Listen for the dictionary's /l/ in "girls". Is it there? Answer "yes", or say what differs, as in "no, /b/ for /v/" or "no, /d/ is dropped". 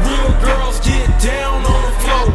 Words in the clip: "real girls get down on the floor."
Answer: yes